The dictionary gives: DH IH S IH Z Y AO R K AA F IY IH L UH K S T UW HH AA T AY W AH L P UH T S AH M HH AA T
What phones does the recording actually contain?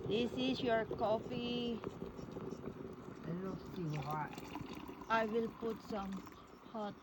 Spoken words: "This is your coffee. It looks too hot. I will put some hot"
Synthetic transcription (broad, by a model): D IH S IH S Y AO R K AA F IY IH N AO S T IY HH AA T AY W AH L P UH T S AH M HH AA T